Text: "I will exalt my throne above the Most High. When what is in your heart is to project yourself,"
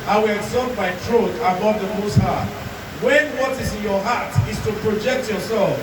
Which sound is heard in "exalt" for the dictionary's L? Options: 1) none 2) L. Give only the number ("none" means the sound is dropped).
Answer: 1